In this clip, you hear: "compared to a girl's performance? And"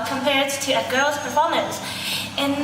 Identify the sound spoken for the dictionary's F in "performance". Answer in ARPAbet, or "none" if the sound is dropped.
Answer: P